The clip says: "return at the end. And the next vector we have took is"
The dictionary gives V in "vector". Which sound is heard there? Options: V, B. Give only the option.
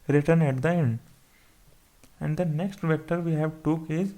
V